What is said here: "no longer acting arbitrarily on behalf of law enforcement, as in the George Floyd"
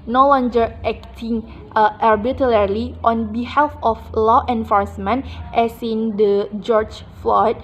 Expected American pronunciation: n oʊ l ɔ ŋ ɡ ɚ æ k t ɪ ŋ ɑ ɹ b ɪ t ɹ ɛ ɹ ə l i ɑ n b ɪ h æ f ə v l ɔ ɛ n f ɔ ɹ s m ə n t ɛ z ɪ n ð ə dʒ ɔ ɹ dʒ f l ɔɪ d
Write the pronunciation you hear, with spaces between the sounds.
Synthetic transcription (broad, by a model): n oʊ l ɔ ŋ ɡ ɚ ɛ k t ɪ ŋ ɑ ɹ b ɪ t l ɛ ɹ l i ɑ n b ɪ h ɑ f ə f l ɔ ɛ n f ɔ ɹ s m ə n t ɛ s ɪ n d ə dʒ ɔ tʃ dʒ f l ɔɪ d